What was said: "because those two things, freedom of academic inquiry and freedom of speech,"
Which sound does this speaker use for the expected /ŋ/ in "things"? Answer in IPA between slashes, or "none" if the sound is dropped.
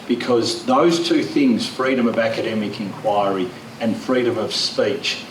/ŋ/